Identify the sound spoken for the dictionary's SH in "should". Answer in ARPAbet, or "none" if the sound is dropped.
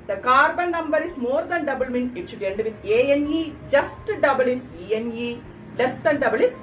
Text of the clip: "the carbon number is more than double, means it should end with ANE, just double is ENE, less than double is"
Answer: S